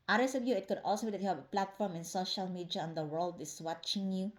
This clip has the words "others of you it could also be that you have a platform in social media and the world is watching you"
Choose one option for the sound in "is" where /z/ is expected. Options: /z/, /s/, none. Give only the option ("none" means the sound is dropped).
/s/